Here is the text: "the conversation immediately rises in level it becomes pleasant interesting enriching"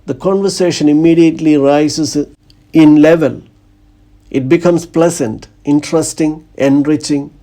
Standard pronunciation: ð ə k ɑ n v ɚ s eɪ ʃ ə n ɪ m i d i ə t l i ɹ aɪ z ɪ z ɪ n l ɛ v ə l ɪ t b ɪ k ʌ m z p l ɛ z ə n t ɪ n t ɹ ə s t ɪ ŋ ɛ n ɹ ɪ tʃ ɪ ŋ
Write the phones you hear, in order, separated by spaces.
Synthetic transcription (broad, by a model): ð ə k ɑ n v ɚ s eɪ ʃ ə n ɪ m i d i ə t l i ɹ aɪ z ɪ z ɪ n l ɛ v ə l ɪ t b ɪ k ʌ m s p l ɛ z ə n t ɪ n t ɹ ə s t ɪ ŋ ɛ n ɹ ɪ tʃ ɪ ŋ